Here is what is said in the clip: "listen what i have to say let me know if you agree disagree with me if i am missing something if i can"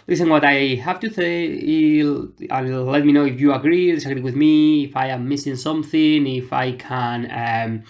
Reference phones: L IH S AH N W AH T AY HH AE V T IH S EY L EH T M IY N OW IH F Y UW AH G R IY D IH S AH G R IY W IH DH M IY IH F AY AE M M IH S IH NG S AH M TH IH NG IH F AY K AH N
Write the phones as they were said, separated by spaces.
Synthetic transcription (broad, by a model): L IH S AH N W AH T AY HH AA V T IH TH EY L EH T M IY N OW IH F Y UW AH G R IY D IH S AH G R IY W IH DH M IY IH F AY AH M M IH S IH NG S AH M TH IH NG IH F AY K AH N